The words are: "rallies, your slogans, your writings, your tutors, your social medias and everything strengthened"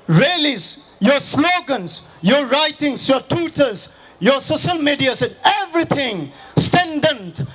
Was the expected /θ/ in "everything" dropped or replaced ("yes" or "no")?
yes